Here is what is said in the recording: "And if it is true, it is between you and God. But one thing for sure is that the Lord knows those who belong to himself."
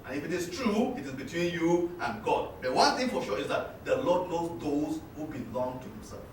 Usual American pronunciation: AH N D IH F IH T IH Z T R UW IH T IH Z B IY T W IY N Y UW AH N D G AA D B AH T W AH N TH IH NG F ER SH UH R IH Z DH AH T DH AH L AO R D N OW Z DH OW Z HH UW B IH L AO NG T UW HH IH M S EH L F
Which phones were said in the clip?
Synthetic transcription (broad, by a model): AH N IH F IH T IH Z T R UW IH T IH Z B IY T W IY N Y UW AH N G AA D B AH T W AH N TH IH NG F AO SH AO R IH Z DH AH T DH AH L AO D L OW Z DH OW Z HH UW B IH L AO NG T UW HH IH M S EH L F